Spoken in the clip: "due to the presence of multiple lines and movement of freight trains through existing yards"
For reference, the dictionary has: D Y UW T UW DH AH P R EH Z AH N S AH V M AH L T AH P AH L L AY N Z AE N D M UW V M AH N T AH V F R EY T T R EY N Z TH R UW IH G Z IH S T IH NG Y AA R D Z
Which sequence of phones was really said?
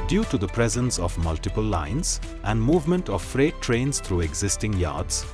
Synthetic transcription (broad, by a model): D Y UW T UW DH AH P R EH Z AH N S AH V M AH L T AH P AH L L AY N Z AE N D M UW V M AH N T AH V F R EY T T R EY N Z T R UW IH G Z IH S T IH NG Y AA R D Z